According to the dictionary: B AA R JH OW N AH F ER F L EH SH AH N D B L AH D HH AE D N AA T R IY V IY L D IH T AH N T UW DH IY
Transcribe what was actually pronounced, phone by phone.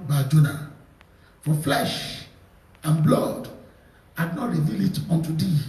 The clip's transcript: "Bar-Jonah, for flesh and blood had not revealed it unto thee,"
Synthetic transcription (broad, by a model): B AA JH OW N AH F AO F L EH SH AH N B L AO D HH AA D N AA T R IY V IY L IH T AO N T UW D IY